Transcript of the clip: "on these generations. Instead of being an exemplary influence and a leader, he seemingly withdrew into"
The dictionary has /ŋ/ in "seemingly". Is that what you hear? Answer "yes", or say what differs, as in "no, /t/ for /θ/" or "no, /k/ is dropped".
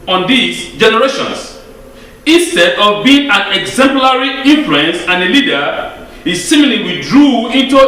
no, /ŋ/ is dropped